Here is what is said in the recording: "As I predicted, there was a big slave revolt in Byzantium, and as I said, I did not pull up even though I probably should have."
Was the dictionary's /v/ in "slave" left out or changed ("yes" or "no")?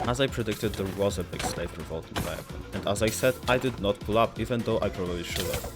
yes